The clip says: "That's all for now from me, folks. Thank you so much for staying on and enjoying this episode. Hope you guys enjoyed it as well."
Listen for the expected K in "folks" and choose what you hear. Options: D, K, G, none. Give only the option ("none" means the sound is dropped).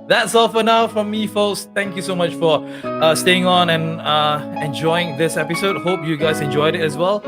none